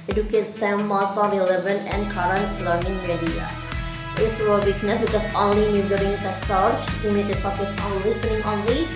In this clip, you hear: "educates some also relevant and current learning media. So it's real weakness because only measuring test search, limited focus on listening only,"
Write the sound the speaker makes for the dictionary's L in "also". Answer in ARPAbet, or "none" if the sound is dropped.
none